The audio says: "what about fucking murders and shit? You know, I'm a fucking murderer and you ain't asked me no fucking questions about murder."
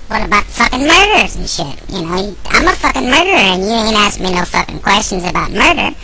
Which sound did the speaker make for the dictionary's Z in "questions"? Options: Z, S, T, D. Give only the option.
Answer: Z